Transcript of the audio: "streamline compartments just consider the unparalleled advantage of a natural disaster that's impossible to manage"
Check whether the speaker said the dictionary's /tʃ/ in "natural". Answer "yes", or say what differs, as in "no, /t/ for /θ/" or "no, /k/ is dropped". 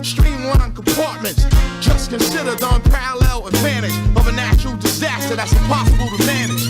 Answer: no, /ʃ/ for /tʃ/